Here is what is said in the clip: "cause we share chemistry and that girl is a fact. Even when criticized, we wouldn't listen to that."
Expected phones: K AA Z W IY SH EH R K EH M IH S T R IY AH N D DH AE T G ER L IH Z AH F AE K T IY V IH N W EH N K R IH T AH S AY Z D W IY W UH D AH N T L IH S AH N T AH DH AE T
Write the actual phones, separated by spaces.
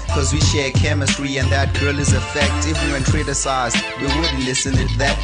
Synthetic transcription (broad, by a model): K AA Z W IY SH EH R K EH M IH S T R IY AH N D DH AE T G ER L IH Z AH F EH K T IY W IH W EH N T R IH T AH S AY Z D W IY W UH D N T L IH S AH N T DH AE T